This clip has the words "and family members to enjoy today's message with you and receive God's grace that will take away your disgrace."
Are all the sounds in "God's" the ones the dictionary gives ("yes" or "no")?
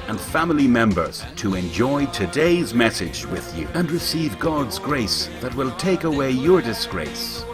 yes